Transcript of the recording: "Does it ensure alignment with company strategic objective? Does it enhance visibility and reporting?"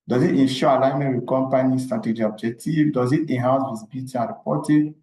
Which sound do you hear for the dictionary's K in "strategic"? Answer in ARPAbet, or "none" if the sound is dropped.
none